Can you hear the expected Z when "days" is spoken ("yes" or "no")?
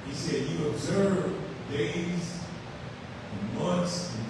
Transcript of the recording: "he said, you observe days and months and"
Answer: no